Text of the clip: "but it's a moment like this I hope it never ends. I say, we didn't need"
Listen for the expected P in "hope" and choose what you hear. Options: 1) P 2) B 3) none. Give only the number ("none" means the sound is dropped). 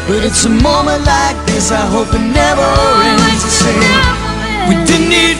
1